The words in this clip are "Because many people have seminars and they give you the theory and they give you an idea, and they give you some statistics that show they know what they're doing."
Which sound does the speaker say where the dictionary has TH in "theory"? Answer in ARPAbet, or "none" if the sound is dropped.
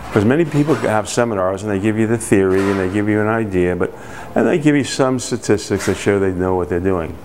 TH